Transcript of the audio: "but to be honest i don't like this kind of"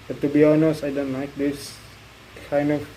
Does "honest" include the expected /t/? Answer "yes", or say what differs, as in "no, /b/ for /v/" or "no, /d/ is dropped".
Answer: no, /t/ is dropped